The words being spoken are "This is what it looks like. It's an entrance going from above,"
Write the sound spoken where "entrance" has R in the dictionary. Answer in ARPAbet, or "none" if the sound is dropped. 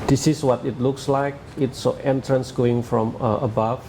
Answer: R